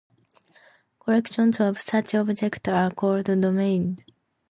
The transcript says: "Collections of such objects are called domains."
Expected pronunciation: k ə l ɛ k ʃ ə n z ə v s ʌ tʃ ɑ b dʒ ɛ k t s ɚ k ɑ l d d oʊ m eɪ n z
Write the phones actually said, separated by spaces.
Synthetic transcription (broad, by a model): k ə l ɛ k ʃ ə n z ə v s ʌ tʃ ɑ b dʒ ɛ k t ɚ k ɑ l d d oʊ m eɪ n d